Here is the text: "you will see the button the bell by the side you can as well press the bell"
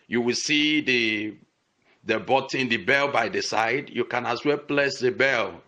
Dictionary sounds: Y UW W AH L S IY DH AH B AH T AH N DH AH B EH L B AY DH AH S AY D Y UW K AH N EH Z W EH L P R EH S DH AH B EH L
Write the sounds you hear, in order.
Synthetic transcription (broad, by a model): Y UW W AH L S IY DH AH B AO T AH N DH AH B EH L B AY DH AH S AY D Y UW K AH N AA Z W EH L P L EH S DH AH B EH L